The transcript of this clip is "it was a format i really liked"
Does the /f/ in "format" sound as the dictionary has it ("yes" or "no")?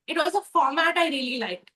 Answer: yes